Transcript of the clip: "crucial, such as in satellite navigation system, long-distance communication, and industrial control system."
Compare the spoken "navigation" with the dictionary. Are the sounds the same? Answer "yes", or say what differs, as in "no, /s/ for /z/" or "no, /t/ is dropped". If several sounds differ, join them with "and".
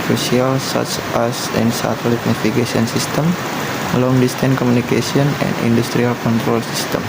no, /f/ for /v/ and /s/ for /ʃ/